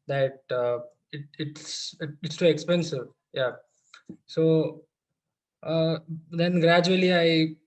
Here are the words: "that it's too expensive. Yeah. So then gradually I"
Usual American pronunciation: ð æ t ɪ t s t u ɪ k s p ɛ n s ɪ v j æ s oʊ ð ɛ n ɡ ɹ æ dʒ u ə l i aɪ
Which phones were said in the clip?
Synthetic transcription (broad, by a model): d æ t ɪ t s t u ɪ k s p ɛ n s ɪ v j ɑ s oʊ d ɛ n ɡ ɹ æ dʒ u ə l i aɪ